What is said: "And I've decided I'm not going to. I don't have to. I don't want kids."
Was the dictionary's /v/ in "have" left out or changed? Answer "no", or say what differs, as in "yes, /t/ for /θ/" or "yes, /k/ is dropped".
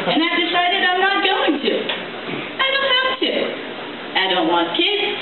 yes, /p/ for /v/